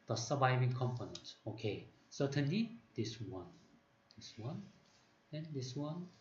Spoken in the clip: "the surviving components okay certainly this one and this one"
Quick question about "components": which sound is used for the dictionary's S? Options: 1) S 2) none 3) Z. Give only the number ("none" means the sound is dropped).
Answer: 2